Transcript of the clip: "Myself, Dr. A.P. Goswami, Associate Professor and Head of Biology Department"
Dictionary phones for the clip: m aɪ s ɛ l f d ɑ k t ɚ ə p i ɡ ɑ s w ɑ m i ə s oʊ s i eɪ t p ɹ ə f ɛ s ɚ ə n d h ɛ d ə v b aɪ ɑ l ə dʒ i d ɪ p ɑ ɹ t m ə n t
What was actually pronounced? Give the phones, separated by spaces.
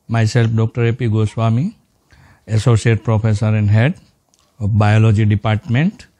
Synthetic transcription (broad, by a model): m aɪ s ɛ l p d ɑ k t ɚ ə p i ɡ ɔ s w ɑ m i ə s oʊ s i eɪ t p ɹ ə p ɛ s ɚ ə n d h ɛ d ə p b aɪ ɑ l ə dʒ i d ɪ p ɑ ɹ t m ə n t